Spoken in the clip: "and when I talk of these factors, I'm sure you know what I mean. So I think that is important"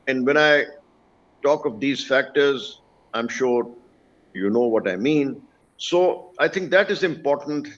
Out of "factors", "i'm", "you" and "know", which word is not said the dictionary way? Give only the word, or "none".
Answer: none